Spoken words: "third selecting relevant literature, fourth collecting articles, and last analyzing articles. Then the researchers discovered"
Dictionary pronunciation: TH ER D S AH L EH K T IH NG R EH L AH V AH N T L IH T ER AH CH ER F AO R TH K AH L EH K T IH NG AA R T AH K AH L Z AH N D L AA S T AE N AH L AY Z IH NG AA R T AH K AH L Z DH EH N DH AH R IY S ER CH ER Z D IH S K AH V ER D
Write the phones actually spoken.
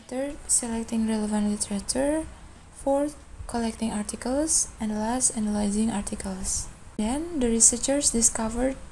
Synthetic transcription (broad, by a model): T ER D S AH L EH K T IH NG R EH L AH V AH N T L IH T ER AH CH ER F AO R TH K AH L EH K T IH NG AA R T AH K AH L S AH N D L AA S T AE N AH L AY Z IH NG AA R T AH K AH L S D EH N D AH R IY S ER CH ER S D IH S K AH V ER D